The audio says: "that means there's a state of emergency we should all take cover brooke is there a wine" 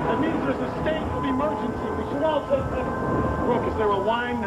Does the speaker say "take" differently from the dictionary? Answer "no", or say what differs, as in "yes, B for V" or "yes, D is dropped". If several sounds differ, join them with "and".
yes, S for T